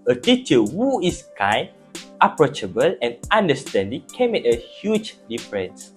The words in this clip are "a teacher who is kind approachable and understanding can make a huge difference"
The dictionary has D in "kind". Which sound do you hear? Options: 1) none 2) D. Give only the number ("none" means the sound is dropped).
1